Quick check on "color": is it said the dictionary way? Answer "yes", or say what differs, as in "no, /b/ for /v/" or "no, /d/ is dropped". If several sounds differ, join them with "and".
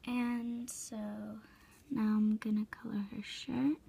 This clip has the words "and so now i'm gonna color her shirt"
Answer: yes